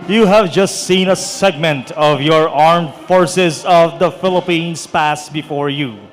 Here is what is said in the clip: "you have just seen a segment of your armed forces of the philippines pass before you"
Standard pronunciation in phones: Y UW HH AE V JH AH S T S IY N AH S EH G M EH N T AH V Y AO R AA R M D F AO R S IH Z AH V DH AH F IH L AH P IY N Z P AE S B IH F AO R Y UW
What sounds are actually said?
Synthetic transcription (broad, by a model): Y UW HH AE V JH AH S T S IY N AH S EH G M EH N T AH V Y AO R AA R M D F AO R S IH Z AH V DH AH F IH L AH P IY N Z P AE S B IH F AO R Y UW